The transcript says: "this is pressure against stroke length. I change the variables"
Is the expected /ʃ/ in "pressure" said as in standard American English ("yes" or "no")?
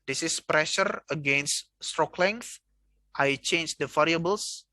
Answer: yes